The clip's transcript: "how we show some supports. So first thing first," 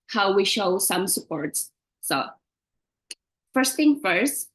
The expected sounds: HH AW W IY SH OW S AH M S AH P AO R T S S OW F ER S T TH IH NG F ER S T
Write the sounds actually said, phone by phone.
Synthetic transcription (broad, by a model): HH AW W IY SH OW S AH M S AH P AO R T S S OW F ER S T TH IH NG F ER S T